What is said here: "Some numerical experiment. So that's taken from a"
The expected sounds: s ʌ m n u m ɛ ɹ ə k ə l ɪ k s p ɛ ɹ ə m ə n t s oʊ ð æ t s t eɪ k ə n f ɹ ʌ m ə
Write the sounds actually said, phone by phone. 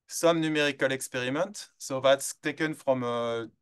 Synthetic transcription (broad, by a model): s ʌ m n u m ɛ ɹ ə k ə l ɪ k s p ɛ ɹ ə m ə n t s oʊ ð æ t s t eɪ k ə n f ɹ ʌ m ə